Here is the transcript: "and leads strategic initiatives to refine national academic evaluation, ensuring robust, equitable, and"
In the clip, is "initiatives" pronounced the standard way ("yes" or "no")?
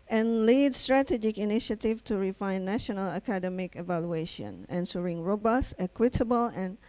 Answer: no